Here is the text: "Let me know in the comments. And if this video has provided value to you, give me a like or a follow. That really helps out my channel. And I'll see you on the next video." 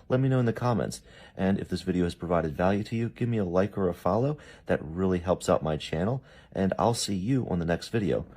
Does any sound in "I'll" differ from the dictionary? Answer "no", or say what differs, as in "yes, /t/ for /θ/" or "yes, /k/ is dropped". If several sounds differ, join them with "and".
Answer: no